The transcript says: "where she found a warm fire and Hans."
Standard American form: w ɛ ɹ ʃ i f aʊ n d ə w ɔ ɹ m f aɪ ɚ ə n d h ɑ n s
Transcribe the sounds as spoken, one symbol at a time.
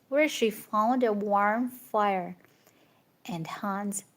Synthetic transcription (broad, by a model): w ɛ ɹ ʃ i f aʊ l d ə w ɔ ɹ m f aɪ ɚ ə n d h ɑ n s